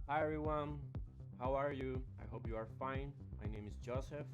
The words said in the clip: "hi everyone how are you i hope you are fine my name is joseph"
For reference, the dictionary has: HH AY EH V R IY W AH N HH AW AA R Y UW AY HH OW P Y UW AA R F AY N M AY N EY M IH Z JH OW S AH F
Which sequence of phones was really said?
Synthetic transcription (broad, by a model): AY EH R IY W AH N HH AW AA R Y UW AY HH OW P Y UW AA R F AY N M AY N EY M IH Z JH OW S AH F